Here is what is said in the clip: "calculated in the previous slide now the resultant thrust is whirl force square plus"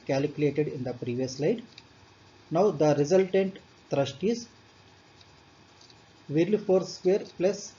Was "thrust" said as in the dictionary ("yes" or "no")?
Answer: no